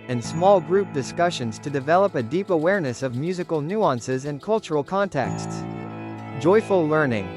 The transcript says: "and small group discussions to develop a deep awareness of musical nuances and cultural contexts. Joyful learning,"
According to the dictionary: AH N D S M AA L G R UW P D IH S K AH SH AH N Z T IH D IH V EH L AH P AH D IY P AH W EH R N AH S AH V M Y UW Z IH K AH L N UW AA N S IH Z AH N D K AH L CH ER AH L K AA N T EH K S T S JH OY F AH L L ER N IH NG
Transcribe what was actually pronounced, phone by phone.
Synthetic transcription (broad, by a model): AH N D S M AA L G R UW P D IH S K AH SH AH N Z T IH D IH V EH L AH P AH D IY P AH W EH R N AH S AH V M Y UW Z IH K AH L N UW AA N S IH Z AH N K AH L CH ER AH L K AA N T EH K S T S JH OY F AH L L ER N IH NG